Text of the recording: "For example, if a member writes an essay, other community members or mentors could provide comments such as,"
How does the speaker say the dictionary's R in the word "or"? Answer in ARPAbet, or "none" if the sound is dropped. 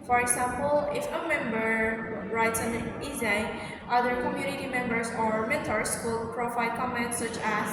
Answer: R